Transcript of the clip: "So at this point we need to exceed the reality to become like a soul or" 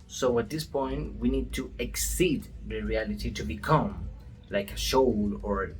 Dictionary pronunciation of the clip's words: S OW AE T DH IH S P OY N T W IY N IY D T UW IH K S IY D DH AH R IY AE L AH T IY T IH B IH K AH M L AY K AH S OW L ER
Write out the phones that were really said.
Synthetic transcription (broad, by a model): S OW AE T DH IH S P OY N T W IY N IY D T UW IH K S IY D DH AH R IY AE L AH T IY T IH B IH K AH M L AY K AH SH OW L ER